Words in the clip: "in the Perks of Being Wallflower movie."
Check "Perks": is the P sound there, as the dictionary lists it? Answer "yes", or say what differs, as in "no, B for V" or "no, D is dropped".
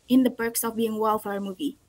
no, B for P